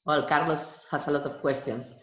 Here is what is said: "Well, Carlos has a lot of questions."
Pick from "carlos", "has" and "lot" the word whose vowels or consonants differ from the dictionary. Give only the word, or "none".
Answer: has